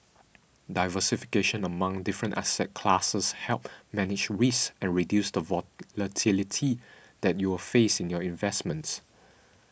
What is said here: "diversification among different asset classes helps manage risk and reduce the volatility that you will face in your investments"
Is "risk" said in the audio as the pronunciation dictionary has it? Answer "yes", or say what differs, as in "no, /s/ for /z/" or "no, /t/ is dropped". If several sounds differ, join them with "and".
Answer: no, /k/ is dropped